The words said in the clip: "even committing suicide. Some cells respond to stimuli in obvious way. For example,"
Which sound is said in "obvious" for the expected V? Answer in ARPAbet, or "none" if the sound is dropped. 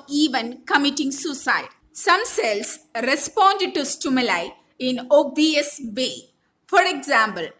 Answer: none